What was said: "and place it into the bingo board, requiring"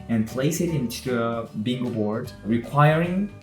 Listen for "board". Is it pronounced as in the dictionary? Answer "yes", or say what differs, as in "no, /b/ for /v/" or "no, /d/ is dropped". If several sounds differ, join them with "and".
yes